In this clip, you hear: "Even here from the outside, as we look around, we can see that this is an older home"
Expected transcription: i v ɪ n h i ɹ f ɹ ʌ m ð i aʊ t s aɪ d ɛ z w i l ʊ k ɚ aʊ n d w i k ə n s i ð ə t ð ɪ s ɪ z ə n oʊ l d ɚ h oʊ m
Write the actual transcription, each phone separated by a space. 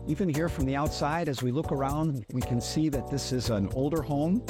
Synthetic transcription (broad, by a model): i v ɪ n h i ɹ f ɹ ʌ m ð i aʊ t s aɪ d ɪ z w i l ʊ k ɚ aʊ n d w i k ə n s i ð ə t ð ɪ s ɪ z ə n oʊ l d ɚ h oʊ m